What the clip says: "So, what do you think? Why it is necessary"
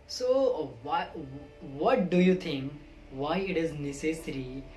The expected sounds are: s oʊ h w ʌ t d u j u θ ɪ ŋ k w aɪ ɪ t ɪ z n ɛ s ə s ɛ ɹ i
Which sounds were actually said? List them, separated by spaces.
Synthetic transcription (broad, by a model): s oʊ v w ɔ t d u j u t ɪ ŋ k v aɪ ɪ t ɪ z n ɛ s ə s ɹ i